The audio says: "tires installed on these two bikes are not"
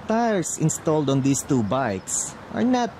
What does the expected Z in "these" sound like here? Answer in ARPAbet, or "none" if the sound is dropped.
S